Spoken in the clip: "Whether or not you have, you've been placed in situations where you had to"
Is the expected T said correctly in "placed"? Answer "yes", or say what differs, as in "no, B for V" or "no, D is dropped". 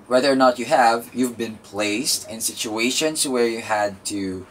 yes